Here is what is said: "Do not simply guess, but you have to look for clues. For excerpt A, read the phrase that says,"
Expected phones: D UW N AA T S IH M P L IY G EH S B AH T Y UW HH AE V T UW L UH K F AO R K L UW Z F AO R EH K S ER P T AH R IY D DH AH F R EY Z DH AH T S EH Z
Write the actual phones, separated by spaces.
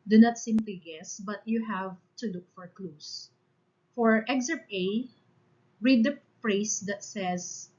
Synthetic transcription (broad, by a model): D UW N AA T S IH M P L IY G EH S B AH T Y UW HH AE V T UW L UH K F AO R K L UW S F AO R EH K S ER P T AH R IY D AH P R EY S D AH T S EH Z